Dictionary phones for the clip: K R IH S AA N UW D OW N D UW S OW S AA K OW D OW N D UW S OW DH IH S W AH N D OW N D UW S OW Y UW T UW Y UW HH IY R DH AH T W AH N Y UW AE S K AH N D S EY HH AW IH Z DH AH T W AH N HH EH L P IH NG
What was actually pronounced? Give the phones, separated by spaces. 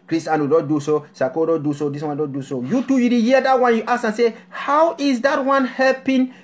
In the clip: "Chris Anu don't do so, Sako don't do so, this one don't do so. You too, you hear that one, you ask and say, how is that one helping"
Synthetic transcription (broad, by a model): K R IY S AA N UW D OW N D UW S OW S AA K OW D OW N D UW S OW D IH S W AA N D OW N D UW S OW Y UW T UW Y UW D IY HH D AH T W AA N Y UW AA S AH N S EY HH AW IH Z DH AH T W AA N HH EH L P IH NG